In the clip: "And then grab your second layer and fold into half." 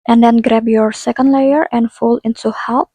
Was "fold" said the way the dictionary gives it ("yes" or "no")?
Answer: no